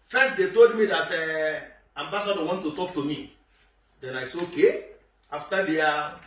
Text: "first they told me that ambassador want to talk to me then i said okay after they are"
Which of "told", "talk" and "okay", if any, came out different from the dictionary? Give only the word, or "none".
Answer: none